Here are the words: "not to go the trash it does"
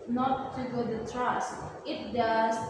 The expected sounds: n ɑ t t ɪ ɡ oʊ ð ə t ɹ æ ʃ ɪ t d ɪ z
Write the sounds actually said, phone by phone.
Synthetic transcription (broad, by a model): n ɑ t t ɪ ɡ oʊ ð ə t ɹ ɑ s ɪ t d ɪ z